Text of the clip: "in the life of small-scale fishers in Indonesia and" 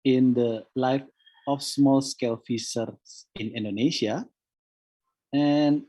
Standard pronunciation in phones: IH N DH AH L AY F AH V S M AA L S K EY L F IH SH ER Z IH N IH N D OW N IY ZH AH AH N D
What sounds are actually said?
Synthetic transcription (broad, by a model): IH N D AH L AY F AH F S M AA L S K EY L F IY S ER S IH N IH N D OW N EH SH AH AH N